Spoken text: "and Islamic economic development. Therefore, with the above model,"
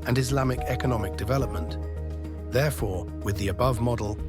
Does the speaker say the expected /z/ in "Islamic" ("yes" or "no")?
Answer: yes